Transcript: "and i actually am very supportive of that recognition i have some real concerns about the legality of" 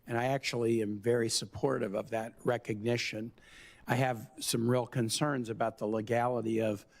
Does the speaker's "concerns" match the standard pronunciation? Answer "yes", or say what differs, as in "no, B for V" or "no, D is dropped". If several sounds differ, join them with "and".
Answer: yes